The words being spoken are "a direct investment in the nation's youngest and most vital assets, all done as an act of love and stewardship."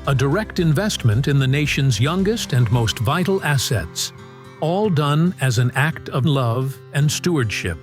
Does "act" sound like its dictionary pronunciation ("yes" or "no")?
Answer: yes